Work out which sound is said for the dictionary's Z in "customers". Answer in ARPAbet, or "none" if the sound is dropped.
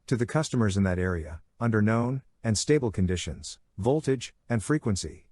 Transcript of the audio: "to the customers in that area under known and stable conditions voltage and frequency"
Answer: Z